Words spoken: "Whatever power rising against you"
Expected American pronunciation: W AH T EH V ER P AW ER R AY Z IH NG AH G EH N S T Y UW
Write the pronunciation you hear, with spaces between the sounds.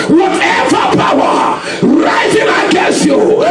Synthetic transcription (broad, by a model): W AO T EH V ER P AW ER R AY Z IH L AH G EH S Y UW